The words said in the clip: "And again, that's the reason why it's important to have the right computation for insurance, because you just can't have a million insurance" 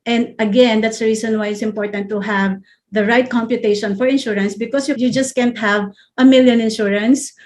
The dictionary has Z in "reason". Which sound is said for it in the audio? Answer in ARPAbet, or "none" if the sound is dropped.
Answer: S